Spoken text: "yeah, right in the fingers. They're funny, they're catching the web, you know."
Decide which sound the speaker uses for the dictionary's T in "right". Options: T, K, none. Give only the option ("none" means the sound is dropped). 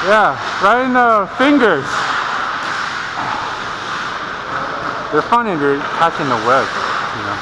none